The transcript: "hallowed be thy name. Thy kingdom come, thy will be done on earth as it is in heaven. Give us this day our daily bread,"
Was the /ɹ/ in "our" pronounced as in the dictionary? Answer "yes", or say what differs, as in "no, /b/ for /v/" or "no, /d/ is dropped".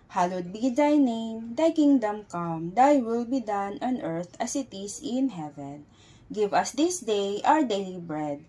no, /w/ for /ɹ/